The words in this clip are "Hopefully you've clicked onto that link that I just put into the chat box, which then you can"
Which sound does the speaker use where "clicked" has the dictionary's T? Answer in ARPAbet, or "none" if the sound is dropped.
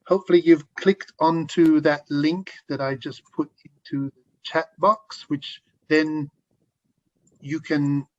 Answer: T